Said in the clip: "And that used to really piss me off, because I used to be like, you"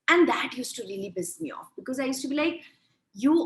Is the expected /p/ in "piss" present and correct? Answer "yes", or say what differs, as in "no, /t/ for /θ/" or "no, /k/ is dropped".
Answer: no, /b/ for /p/